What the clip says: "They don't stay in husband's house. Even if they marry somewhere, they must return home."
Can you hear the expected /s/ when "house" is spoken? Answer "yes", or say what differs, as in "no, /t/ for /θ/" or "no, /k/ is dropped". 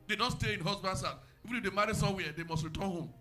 no, /s/ is dropped